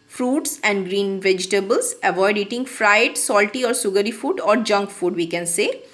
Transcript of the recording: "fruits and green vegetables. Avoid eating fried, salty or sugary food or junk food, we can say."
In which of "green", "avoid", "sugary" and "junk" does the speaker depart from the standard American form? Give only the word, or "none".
sugary